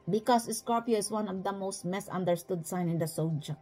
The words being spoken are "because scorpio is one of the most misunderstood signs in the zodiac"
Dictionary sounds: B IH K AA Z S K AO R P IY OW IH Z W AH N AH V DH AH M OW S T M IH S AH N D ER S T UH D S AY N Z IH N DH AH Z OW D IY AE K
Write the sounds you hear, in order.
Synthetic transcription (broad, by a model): B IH K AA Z S K AO R P IY OW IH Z W AH N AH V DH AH M OW S T M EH S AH N D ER S T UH D S AY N IH N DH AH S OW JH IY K